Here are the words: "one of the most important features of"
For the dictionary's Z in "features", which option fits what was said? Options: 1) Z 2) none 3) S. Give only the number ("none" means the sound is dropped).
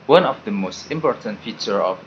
2